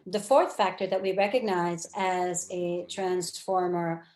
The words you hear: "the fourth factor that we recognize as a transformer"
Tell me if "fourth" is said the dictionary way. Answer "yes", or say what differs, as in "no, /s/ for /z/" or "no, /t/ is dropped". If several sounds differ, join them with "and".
yes